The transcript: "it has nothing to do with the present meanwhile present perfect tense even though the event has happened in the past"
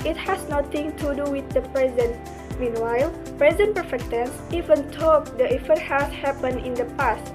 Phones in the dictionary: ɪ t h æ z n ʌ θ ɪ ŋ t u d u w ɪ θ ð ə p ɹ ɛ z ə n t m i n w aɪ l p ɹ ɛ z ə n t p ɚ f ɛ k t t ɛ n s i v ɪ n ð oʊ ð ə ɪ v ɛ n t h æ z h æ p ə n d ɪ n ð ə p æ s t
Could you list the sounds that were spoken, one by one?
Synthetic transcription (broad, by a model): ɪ t h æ s n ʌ t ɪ ŋ t u d u w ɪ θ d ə p ɹ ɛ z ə n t m i n w aɪ l p ɹ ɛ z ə n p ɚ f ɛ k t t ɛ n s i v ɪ n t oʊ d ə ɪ f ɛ t h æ s h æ p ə n ɪ n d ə p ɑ s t